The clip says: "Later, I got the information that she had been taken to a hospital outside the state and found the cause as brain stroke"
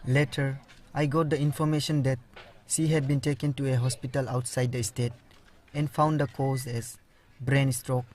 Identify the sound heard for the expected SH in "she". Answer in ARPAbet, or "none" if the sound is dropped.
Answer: S